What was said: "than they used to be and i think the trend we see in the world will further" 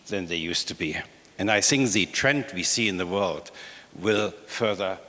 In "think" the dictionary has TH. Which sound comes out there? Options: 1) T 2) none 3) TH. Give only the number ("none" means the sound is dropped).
3